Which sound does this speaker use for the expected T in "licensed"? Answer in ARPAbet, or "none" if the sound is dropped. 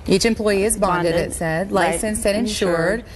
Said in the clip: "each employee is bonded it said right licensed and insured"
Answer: none